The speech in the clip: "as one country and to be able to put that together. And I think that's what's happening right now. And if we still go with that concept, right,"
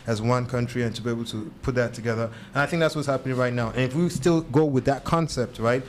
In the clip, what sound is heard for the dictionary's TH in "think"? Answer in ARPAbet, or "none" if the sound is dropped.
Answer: TH